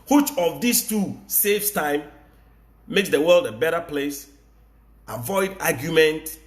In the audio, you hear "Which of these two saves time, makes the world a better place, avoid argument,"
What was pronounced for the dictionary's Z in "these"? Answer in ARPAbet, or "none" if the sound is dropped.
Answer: S